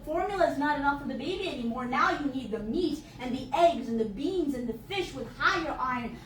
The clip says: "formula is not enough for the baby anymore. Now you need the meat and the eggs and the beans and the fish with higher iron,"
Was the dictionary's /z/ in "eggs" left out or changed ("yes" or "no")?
no